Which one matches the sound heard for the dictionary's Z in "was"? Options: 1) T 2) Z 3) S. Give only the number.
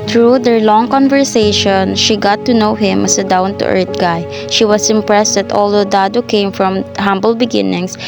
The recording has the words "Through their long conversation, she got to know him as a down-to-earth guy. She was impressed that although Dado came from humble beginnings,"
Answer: 3